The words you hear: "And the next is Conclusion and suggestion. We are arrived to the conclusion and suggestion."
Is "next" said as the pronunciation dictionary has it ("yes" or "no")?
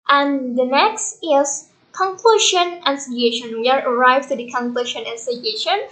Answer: yes